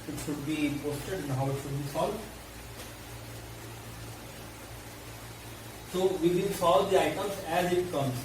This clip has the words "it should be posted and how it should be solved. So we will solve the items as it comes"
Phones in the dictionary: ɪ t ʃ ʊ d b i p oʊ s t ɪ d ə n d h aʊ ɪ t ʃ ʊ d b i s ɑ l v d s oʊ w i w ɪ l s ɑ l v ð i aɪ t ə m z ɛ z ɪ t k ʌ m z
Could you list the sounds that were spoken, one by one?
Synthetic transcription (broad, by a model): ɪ t ʃ ʊ d b i p oʊ s t ɪ d ə n d h aʊ ɪ t ʃ ʊ d b i s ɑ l d s oʊ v i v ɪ n s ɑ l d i aɪ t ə m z ɛ z ɪ t k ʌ m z